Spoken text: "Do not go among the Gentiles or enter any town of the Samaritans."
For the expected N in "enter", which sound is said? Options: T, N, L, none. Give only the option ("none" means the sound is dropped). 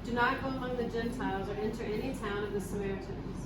N